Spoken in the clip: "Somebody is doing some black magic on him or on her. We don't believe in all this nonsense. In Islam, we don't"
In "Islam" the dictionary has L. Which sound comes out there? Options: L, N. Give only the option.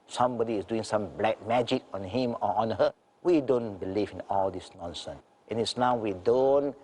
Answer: N